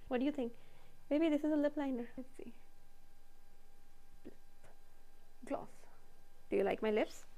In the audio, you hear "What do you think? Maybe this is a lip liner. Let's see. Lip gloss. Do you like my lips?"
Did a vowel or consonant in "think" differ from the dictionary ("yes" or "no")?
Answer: yes